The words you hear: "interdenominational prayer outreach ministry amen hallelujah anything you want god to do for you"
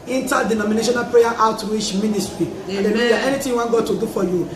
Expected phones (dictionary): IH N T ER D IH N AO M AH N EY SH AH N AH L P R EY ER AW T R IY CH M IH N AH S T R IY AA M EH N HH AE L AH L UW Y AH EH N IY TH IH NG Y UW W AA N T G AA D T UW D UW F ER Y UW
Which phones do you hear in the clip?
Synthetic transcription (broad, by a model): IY N T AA D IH N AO M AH N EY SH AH N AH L P R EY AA AW T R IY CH M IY N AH S T R IY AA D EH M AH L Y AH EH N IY T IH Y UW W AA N G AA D T UW D UW F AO Y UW